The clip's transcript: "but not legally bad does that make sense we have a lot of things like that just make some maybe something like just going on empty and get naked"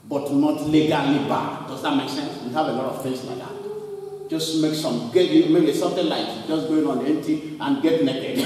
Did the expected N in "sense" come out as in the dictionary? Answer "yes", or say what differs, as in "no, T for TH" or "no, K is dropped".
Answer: yes